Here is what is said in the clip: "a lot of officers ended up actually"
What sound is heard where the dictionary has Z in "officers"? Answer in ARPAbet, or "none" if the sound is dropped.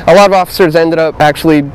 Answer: Z